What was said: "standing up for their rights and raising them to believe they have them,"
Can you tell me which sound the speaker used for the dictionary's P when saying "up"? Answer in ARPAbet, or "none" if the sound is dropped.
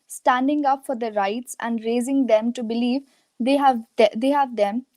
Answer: P